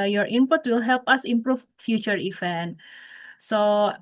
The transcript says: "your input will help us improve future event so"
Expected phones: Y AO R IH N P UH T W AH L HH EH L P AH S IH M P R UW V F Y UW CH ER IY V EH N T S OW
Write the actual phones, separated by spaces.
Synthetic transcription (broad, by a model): Y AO R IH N P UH T W AH L HH EH L P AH S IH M P R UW F F Y UW CH ER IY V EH N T S OW